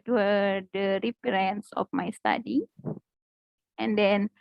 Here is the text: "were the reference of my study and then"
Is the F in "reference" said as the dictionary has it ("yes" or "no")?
no